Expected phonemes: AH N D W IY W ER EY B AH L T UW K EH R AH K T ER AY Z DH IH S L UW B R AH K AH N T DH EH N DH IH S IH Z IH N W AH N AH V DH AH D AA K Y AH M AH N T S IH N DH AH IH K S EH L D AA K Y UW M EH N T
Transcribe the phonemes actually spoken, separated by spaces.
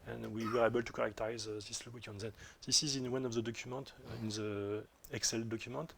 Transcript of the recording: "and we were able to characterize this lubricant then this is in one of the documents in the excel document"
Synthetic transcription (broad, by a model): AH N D W IY W ER EY B AH L T UW K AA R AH K T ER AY Z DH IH S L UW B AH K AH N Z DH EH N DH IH S IH Z IH N W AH N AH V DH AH D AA K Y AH M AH N T IH N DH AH IH K S EH L D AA K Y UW M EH N T